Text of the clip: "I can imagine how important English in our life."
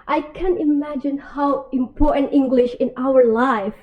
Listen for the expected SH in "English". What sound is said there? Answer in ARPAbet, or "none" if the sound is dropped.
SH